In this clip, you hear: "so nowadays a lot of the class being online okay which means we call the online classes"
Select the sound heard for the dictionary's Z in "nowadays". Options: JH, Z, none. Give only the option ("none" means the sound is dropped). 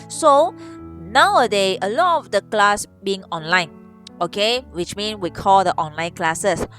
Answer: none